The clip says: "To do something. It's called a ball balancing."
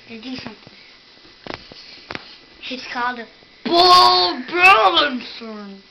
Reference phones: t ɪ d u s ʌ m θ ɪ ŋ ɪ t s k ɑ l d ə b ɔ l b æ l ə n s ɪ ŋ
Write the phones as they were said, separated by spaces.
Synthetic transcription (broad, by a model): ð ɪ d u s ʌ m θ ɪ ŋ ɪ t s k ɑ l d ə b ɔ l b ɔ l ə n s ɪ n